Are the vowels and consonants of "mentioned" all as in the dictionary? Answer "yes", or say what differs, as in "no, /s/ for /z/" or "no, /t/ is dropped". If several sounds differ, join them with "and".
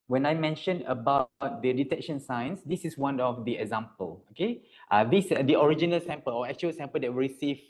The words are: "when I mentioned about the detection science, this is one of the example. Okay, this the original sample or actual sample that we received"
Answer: no, /d/ is dropped